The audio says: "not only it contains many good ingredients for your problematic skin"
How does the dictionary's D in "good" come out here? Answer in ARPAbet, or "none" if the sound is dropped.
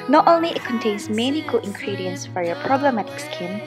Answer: none